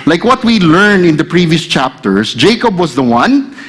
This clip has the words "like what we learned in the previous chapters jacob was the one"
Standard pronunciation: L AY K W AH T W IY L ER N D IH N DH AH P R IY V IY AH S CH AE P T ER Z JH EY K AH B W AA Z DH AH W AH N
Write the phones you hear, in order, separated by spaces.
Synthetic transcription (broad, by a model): L AY K W AH T W IY L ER N IH N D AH P R IY V IY AH S CH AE P T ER S JH EY K AH B W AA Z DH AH W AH N